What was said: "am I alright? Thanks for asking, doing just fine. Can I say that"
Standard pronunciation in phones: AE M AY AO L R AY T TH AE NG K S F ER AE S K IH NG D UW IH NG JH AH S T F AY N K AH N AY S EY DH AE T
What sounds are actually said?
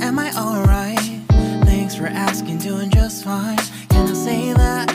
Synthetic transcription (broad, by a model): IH M AY AO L R AY T TH AE NG K S F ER AE S K IH NG D UW IH NG JH AH S T F AY N K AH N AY S EY DH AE T